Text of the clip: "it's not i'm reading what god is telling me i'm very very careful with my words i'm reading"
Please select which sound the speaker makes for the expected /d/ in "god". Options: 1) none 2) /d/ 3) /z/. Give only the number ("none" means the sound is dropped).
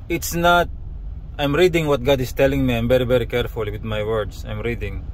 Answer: 2